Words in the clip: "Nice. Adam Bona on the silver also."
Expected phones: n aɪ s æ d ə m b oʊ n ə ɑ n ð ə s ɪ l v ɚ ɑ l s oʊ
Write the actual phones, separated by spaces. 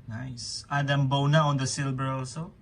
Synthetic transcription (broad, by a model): n aɪ s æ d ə m b oʊ n ə ɑ n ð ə s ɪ l b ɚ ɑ l s oʊ